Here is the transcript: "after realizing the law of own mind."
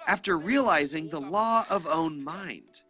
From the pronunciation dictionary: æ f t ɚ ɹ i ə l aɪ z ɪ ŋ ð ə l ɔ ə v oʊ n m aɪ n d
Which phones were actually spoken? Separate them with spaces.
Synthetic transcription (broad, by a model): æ f t ɚ ɹ i ə l aɪ z ɪ ŋ ð ə l ɔ ə v oʊ n m aɪ n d